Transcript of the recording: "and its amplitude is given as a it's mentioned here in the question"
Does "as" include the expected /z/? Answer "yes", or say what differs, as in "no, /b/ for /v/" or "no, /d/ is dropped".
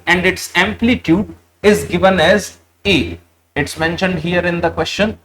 yes